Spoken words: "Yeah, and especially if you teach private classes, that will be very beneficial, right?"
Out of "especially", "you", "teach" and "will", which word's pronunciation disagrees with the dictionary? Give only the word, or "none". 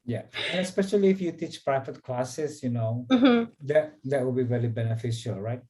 will